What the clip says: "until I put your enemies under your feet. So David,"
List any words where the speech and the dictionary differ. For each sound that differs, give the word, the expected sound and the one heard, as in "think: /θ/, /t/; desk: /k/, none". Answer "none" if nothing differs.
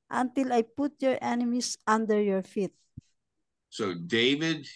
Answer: enemies: /z/, /s/